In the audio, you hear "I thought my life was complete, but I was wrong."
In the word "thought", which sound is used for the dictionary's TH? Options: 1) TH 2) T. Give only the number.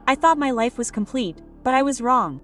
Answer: 1